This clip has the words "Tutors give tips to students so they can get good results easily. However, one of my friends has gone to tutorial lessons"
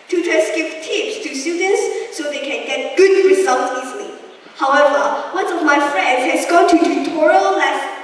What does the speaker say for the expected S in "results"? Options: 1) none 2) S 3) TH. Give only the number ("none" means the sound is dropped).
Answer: 1